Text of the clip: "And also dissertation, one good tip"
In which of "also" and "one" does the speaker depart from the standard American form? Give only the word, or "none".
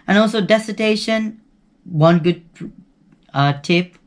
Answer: none